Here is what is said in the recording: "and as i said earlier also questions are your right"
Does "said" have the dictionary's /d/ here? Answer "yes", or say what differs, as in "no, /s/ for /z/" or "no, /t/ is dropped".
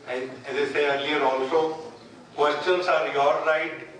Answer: no, /d/ is dropped